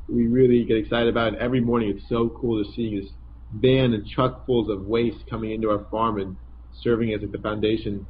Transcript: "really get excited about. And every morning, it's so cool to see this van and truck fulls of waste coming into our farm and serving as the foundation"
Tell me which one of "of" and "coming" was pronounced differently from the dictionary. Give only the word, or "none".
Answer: none